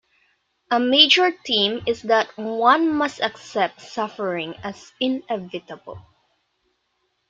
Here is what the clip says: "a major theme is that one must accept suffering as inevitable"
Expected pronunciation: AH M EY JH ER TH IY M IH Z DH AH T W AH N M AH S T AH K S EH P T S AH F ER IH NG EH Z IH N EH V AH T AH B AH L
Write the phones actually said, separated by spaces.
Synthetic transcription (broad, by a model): AH M EY JH ER T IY M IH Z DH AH T W AH N M AH S T AH K S EH P T S AH F ER IH NG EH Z IH N EH V AH T AH B AH L